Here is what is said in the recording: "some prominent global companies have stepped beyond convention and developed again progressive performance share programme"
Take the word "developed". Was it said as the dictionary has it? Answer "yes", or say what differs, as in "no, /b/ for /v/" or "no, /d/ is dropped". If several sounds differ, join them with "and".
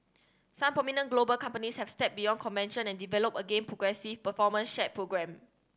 no, /t/ is dropped